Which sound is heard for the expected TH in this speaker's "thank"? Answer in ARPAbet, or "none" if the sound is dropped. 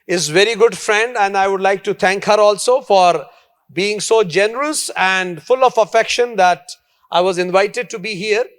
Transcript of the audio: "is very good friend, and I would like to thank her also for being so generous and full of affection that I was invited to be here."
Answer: T